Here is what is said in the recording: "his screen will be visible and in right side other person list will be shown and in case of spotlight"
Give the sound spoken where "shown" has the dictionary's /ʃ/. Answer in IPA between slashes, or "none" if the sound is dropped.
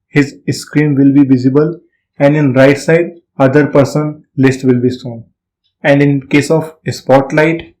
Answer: /s/